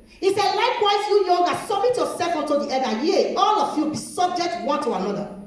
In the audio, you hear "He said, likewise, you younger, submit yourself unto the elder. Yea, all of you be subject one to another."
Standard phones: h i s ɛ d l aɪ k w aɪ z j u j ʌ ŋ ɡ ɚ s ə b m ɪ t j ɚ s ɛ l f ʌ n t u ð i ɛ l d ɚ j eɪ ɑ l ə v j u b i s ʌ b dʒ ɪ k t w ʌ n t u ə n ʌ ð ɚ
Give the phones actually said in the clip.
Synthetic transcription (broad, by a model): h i s ɛ d l aɪ k w aɪ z j u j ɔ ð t s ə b m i t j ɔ s ɛ l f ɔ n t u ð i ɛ d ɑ j eɪ ɑ l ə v j u b i s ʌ b dʒ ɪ k t w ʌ n t u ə n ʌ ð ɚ